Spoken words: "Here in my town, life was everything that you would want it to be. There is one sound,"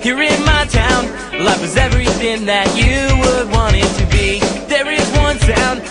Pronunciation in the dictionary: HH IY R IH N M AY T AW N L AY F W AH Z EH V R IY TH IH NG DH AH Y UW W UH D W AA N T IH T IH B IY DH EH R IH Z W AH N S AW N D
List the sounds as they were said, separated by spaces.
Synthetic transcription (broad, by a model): HH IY R IH N M AY T AW N L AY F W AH Z EH V R IY TH IH NG DH AH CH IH W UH D W AA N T IH T IH B IY DH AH R IH Z W AH N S AW N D